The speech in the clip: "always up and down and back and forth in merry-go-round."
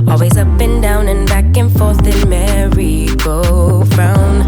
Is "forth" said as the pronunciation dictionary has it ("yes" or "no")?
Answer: yes